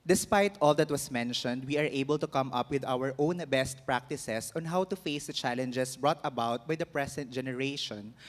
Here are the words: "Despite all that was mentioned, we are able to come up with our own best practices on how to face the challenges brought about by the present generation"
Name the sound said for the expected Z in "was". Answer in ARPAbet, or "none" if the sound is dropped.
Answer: S